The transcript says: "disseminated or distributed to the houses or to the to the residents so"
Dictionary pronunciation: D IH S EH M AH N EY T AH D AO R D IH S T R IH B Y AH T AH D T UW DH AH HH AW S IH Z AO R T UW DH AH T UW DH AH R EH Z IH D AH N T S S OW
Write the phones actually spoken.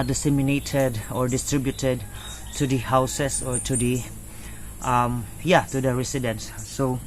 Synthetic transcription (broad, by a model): D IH S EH M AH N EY T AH D AO R D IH S T R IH B Y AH T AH D T UW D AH HH AW S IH S AO R T UW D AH T UW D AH R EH S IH D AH N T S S OW